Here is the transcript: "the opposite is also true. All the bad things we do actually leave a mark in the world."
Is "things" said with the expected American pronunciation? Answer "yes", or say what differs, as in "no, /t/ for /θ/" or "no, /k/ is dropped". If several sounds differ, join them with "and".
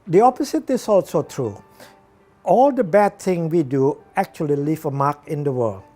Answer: no, /z/ is dropped